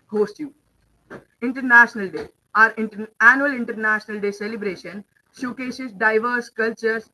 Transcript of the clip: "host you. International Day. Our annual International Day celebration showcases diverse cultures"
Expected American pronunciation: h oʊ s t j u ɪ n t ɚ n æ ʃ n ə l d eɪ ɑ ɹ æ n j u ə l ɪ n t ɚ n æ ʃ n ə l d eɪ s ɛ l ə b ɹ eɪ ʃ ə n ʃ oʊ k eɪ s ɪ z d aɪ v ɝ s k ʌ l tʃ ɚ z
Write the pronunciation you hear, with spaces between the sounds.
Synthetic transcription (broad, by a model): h oʊ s t j u ɪ n t ɚ n æ ʃ n ə l d eɪ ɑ ɹ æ n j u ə l ɪ n t ɚ n æ ʃ n ə l d eɪ s ɛ l ə b ɹ eɪ ʃ ə n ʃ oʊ k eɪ ʃ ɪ s d aɪ v ɝ s k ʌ l tʃ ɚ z